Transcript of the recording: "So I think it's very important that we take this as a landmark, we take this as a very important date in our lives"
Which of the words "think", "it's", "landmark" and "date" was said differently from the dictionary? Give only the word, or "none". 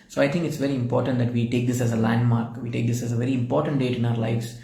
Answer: think